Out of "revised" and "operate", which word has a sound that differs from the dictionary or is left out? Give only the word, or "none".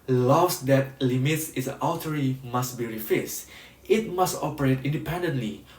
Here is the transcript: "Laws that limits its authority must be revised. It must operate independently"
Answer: revised